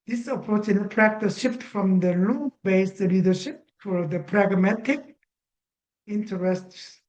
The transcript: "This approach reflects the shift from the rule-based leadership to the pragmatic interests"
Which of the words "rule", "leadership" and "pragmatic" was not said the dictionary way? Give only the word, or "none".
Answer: rule